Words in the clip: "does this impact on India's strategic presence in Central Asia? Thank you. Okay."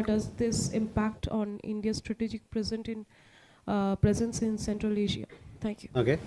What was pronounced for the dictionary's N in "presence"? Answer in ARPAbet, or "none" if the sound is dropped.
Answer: N